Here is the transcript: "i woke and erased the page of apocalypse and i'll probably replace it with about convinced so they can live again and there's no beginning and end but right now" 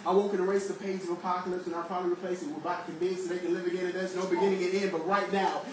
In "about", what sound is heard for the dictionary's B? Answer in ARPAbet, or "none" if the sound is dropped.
none